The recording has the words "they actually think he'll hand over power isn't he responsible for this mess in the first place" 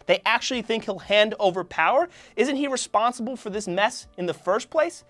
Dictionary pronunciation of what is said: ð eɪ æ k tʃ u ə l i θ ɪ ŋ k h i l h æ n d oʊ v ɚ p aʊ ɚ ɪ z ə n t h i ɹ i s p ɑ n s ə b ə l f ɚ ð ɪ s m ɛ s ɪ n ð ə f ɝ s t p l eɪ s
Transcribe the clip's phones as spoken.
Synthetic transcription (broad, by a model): ð eɪ æ k tʃ u ə l i θ ɪ ŋ k h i l h æ n d oʊ v ɚ p aʊ ɚ ɪ z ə n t h i ɹ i s p ɑ n s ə b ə l f ɚ ð ɪ s m ɛ s ɪ n ð ə f ɝ s p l eɪ s